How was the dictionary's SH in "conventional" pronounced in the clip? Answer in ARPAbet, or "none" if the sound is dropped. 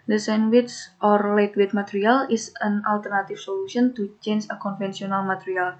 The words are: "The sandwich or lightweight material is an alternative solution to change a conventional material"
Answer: S